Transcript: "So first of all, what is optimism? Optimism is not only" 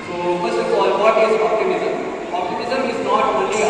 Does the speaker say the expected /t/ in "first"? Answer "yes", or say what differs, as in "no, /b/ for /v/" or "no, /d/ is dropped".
no, /t/ is dropped